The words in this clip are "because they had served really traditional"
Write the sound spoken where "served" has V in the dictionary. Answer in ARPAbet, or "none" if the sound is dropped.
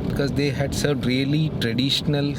none